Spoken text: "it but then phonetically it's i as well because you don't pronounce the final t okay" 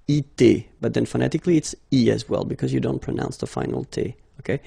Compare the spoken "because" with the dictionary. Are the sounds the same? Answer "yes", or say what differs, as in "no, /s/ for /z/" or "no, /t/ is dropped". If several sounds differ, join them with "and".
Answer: yes